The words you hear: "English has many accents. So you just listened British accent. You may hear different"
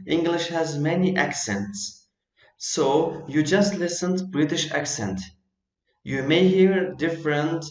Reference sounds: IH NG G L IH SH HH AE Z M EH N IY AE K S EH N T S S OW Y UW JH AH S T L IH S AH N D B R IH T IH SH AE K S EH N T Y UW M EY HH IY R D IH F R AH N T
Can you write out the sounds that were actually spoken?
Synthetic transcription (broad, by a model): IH NG G L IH SH HH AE Z M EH N IY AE K S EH N T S S OW Y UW JH AH S T L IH S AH N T B R IH T IH SH AE K S EH N T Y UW M EY HH IY R D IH F R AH N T